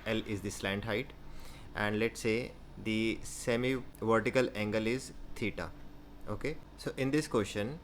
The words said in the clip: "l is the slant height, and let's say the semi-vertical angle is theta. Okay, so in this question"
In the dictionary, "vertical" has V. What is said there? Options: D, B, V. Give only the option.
V